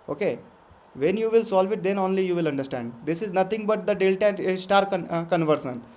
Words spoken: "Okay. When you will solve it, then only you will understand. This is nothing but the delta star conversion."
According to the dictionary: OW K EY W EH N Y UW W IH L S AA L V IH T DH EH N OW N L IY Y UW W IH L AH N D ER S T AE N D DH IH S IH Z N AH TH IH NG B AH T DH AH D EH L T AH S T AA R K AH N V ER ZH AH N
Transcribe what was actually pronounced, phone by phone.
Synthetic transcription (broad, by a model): OW K EY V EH N Y UW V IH L S AA L V IH T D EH N OW N L IY Y UW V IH L AH N D ER S T AE N D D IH S IH Z N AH T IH NG B AH T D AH D EH L T AH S T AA R K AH N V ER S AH N